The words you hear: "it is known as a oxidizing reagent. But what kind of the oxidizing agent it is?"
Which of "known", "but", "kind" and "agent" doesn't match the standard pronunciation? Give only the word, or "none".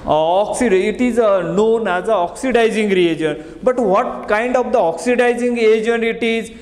agent